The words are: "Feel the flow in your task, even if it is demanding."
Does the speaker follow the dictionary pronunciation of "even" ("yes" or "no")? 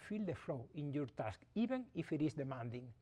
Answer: no